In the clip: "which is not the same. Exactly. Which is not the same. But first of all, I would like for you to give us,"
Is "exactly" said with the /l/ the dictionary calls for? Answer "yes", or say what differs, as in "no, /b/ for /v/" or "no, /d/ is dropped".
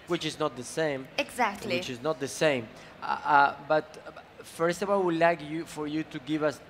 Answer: no, /w/ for /l/